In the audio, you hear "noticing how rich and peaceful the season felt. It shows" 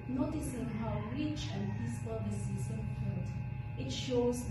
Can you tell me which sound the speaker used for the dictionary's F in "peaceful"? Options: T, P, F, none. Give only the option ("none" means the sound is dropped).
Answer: P